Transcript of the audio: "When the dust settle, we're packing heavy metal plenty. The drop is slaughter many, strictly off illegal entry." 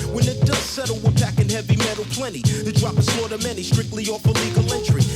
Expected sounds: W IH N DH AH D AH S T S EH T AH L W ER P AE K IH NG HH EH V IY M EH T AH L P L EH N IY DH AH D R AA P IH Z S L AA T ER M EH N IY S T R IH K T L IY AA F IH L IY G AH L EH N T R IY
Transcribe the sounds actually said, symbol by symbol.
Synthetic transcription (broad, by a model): W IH N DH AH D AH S S EH T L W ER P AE K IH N HH EH V IY M EH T L P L EH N IY DH AH D R AA P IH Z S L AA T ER M EH N IY S T R IH K T L IY AA F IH L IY G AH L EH N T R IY